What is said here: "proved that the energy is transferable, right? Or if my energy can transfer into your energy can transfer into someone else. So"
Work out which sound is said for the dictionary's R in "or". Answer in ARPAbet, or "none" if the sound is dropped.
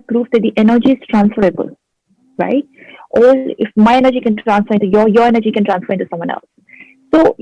L